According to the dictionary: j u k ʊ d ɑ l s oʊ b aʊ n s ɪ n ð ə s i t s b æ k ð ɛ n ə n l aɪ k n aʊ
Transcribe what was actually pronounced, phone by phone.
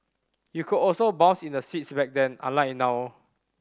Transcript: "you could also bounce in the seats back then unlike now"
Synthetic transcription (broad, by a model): j u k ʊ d ɑ l s oʊ b aʊ n s ɪ n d ə s i t s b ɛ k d ɛ n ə l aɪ n aʊ